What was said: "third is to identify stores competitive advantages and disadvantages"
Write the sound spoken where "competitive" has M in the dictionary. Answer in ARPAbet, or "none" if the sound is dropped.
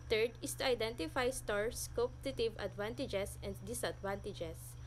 none